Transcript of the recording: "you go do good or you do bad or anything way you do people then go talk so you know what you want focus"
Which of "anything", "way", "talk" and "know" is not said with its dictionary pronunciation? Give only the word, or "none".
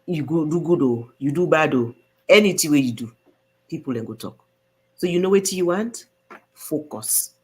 anything